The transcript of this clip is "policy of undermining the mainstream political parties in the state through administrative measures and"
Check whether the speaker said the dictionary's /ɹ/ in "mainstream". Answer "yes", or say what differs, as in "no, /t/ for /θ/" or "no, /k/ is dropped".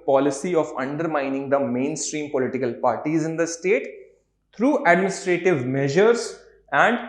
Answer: yes